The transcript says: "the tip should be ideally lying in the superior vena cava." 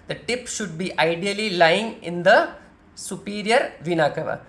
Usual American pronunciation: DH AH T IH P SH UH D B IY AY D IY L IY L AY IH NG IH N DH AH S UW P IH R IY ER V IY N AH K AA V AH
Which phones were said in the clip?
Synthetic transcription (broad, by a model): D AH T IH P SH UH D B IY AY D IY L IY L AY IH NG IH N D AH S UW P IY R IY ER V IY N AH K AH V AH